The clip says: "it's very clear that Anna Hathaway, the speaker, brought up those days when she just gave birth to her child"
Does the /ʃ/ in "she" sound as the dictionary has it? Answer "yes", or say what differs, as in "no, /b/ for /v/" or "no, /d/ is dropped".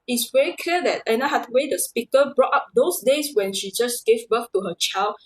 yes